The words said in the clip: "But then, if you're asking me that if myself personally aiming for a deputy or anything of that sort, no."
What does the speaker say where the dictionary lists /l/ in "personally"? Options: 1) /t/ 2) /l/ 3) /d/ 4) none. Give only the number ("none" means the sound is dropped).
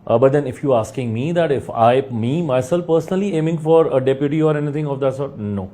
2